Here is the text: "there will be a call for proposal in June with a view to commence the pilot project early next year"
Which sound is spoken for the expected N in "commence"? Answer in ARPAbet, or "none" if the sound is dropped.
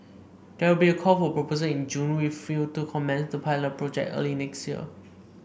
N